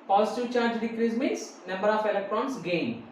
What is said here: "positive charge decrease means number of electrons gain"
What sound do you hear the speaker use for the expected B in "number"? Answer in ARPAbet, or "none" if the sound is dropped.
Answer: B